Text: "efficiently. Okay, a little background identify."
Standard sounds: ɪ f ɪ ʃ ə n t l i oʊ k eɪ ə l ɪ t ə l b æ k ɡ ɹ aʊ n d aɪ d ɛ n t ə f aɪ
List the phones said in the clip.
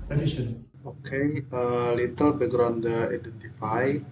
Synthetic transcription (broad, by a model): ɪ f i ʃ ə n oʊ k eɪ ə l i t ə l b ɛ ɡ ɹ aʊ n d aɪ d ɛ n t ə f aɪ